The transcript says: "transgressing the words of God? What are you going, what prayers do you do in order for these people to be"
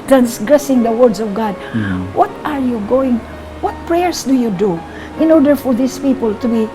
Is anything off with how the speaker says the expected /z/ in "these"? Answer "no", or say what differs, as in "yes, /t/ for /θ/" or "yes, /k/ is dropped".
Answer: yes, /s/ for /z/